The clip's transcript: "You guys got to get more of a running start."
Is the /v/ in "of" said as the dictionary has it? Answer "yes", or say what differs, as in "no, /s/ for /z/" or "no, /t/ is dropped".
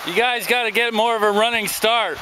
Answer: yes